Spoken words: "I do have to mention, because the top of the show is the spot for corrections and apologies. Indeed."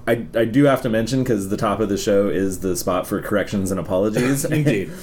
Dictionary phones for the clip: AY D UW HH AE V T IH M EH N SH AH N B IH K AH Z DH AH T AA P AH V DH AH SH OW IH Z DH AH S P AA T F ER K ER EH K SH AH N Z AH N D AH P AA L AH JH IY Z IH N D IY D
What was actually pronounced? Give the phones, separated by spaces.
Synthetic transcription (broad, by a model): AY D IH HH AE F T IH M EH N SH AH N K AH Z DH AH T AA P AH V DH AH SH OW IH Z DH AH S P AA T F ER K ER EH K SH AH N Z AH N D AH P AA L AH JH IY Z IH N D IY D